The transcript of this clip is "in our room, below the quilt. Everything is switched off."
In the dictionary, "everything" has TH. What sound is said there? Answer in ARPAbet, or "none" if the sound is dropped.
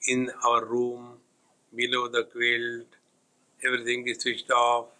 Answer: T